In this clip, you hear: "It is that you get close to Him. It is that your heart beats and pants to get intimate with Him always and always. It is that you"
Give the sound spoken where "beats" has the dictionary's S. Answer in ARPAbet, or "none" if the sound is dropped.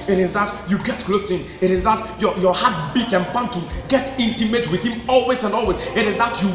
none